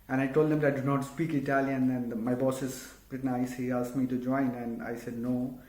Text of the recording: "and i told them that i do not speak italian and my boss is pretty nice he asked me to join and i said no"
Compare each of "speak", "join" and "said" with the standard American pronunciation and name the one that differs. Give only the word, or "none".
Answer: none